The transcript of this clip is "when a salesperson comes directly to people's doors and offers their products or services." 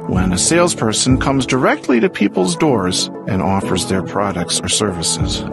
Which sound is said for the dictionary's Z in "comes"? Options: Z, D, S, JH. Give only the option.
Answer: Z